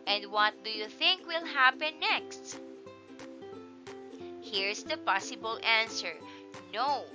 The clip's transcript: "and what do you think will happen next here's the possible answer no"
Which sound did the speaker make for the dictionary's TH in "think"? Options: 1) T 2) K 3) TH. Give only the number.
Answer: 3